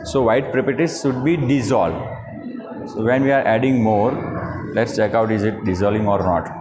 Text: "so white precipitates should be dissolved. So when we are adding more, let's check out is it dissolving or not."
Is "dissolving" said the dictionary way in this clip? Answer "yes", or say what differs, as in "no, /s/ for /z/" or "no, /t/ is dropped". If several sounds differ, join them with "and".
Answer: no, /v/ is dropped